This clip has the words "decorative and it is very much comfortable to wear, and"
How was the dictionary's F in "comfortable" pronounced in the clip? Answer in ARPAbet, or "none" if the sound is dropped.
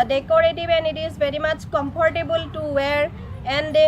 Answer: P